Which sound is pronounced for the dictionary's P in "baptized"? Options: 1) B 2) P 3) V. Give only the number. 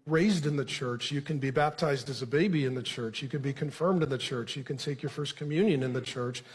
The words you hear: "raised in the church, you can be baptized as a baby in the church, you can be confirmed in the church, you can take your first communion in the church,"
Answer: 2